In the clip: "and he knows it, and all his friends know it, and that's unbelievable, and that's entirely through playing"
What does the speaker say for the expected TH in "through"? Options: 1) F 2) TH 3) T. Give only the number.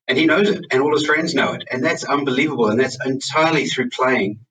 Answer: 2